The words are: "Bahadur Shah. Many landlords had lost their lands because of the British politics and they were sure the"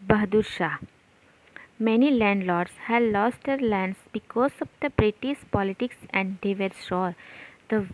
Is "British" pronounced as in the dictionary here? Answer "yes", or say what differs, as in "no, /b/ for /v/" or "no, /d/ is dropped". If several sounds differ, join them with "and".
no, /s/ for /ʃ/